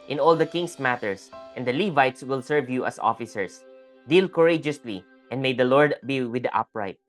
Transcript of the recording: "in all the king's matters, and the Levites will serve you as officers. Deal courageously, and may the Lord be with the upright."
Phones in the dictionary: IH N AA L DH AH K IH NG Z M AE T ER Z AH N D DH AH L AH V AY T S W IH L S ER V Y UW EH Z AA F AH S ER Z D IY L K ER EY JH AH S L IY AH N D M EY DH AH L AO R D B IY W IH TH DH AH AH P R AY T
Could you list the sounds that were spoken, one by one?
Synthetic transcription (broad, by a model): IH N AA L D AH K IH NG S M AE T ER S AH N D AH L AH V AY T S W IH L S ER V Y UW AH S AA F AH S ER S D IY L K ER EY JH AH S L IY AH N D M EY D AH L AO R D B IY W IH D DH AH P R AY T